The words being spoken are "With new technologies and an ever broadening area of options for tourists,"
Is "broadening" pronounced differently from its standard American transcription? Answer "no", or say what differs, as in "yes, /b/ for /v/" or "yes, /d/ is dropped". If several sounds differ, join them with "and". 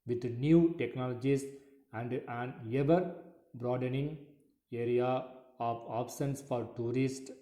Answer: no